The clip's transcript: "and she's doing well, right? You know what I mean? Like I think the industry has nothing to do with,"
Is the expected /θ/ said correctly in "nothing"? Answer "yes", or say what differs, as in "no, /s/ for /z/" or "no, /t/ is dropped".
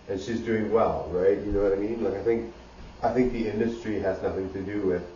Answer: yes